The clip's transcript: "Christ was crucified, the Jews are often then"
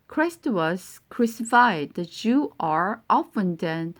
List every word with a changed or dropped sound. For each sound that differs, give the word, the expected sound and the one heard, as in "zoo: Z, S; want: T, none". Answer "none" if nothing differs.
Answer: jews: JH, CH; jews: Z, none